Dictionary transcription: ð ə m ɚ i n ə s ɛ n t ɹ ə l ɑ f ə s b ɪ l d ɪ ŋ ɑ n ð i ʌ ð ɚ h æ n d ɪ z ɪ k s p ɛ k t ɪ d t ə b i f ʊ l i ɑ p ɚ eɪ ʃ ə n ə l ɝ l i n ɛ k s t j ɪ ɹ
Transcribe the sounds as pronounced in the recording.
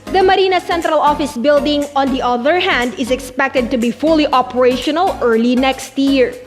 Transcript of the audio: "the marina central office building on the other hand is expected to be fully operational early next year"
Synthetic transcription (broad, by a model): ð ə m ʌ i n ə s ɛ n t ɹ ə l ɑ f ə s b ɪ l d ɪ ŋ ɑ n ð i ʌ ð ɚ h æ n d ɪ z ɪ k s p ɛ k t ɪ d t ə b i f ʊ l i ɑ p ɚ eɪ ʃ ə n ə l ɝ l i n ɛ k s t j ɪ ɹ